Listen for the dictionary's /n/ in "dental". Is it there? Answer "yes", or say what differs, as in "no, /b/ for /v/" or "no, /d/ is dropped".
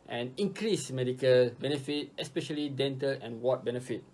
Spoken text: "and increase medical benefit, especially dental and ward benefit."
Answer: yes